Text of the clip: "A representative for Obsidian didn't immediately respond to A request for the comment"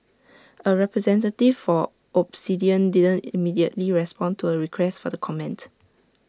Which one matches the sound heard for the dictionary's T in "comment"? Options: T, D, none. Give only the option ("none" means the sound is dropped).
T